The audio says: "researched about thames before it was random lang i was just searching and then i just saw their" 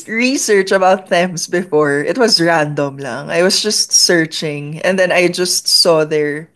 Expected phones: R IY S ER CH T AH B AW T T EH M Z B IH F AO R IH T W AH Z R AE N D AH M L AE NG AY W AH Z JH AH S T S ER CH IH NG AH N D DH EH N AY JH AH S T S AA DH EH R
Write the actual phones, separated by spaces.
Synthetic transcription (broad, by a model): R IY S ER CH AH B AW T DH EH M S B IH F AO R IH T W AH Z R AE N D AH M L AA NG AY W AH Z JH AH S T S ER CH IH NG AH N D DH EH N AY JH AH S T S AA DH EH R